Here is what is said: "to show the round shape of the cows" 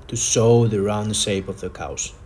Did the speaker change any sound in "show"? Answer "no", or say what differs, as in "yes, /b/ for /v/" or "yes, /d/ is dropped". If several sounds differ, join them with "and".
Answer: yes, /s/ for /ʃ/